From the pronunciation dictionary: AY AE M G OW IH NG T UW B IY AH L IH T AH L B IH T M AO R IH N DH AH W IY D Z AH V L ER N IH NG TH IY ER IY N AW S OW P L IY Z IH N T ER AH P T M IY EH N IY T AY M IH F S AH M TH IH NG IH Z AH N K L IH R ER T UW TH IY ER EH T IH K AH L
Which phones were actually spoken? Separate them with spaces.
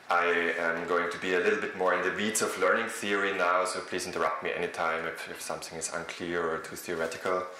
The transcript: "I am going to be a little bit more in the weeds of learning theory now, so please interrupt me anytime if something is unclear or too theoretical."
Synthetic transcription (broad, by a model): AY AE M G OW IH NG T UW B IY AH L IH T L B IH T M AO R IH N DH AH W IY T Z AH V L ER N IH NG TH IY ER IY N AW S OW P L IY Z IH N T ER AH P T M IY EH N IY T AY M IH F S AH M TH IH NG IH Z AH N K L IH R ER T UW TH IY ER EH T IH K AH L